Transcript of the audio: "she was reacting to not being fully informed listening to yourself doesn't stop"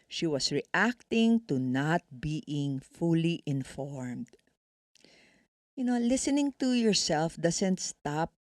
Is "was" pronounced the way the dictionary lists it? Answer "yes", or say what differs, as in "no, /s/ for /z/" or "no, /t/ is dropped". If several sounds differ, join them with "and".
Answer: no, /s/ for /z/